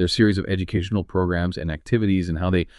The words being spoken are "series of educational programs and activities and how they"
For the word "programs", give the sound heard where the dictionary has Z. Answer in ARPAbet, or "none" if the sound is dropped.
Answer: Z